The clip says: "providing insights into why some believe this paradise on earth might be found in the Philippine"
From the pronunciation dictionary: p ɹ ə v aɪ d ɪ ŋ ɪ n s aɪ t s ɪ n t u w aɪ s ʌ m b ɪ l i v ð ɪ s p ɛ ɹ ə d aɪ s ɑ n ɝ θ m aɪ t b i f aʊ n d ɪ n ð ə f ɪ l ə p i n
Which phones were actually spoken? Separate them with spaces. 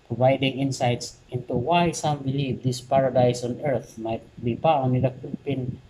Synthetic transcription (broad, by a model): p ɹ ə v aɪ d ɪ ŋ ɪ n s aɪ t s ɪ n t u w aɪ s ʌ m b ɪ l i v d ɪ s p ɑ ɹ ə d aɪ s ɑ n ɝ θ m aɪ t b i p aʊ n ɪ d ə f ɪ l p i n